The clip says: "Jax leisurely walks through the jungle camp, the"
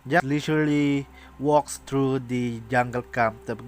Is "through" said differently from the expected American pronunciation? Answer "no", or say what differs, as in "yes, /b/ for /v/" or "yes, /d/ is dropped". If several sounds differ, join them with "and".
yes, /t/ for /θ/